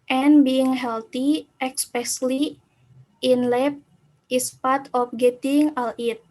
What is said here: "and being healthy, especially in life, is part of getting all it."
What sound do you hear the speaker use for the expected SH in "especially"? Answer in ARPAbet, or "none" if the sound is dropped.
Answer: S